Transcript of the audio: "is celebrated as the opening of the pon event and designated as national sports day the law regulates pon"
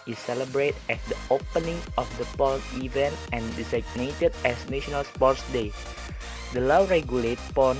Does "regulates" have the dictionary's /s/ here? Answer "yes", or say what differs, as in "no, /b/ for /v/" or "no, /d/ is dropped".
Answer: no, /s/ is dropped